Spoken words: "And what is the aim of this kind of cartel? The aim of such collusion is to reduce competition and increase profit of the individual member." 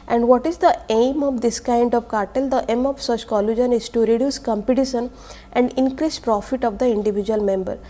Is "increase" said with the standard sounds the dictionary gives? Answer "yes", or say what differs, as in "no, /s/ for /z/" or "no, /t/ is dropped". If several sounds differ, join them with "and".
yes